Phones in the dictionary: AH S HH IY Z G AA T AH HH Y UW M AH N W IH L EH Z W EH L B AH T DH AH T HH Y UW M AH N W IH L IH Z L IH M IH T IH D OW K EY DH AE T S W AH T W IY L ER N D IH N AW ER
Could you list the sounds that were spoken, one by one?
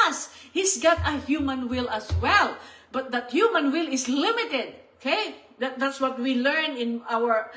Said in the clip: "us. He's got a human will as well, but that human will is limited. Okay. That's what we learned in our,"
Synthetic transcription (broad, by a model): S HH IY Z G AA T AH HH Y UW M AH N W IH L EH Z W EH L B AH T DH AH T HH Y UW M AH N W IH L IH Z L IH M IH T IH D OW K EY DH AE T S W AH T W IY L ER N IH N AW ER